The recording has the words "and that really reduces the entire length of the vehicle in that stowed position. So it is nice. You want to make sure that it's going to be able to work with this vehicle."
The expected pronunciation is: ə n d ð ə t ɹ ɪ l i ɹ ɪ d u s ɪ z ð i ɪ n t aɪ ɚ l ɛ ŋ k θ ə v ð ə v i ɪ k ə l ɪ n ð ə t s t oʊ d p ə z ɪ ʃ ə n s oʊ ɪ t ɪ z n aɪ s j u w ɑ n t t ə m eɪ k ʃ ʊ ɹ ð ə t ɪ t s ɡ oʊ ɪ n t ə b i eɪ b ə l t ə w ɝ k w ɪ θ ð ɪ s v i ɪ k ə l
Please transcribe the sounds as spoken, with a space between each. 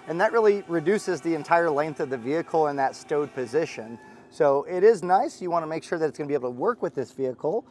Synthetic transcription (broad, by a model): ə n ð ə t ɹ ɪ l i ɹ ɪ d u s ɪ z ð i ɪ n t aɪ ɚ l ɛ ŋ k θ ə v ð ə v i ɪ k l ɪ n ð ə t s t oʊ d p ə z ɪ ʃ ə n s oʊ ɪ t ɪ z n aɪ s j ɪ w ɑ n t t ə m eɪ k ʃ ʊ ɹ ð ə t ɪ t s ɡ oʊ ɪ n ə b i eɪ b l t ə w ɝ k w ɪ ð ɪ s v i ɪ k l